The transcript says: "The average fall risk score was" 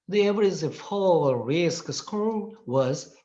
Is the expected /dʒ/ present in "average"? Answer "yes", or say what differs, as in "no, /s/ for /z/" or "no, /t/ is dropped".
no, /z/ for /dʒ/